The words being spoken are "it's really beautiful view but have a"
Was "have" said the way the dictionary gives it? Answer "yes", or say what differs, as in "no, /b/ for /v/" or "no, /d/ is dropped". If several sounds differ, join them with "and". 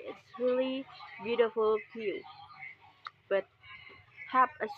no, /p/ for /v/